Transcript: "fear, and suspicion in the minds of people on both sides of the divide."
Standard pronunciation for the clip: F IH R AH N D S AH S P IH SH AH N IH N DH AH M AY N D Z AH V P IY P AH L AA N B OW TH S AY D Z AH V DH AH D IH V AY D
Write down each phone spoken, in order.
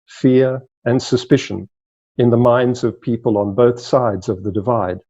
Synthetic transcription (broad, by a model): F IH R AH N S AH S P IH SH AH N IH N DH AH M AY N D Z AH V P IY P AH L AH N B OW TH S AY D Z AH V DH AH D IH V AY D